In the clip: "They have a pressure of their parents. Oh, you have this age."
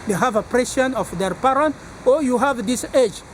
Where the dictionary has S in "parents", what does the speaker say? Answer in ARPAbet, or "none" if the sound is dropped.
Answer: none